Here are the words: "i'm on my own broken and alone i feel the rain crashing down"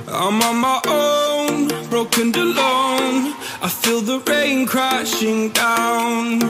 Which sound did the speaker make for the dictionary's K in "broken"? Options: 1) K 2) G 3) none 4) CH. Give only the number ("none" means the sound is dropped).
3